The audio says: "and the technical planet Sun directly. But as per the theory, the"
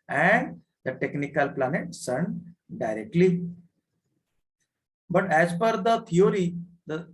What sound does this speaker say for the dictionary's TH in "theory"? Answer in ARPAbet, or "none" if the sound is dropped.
T